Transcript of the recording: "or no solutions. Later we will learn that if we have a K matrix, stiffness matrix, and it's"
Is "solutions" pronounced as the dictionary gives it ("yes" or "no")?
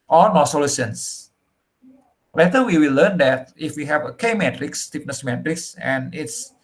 no